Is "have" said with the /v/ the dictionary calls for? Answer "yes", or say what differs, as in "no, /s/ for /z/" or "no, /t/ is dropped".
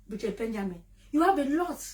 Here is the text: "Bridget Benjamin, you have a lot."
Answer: no, /b/ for /v/